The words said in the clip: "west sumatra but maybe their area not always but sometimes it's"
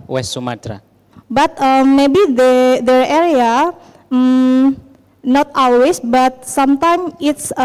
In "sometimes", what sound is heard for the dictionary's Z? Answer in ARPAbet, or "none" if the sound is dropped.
none